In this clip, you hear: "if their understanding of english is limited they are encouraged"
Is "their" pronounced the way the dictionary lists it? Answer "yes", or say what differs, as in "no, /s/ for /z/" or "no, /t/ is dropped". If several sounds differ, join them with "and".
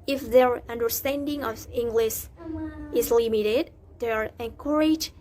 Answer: yes